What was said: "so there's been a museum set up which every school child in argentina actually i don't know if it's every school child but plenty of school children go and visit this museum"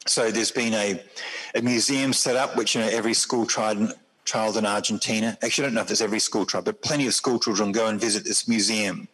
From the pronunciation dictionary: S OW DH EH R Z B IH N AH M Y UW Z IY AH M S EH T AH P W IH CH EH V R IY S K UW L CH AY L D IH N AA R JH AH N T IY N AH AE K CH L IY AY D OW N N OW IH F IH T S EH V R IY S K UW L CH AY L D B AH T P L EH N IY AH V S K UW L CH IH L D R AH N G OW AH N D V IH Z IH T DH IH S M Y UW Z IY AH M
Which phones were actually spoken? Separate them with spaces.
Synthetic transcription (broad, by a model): S OW DH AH R Z B IH N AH M Y UW Z IY AH M S EH T AH P W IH CH EH V R IY S K UW L CH AY L D IH N AA R JH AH N T IY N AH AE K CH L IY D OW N N OW IH F IH T S EH V R IY S K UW L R AY D B AH T P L EH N IY AH V S K UW L CH IH L D R AH N G OW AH N V IH Z IH T DH IH S M Y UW Z IY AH M